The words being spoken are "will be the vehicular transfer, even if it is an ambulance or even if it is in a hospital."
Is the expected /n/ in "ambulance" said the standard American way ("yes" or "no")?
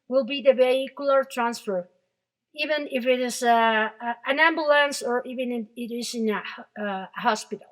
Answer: yes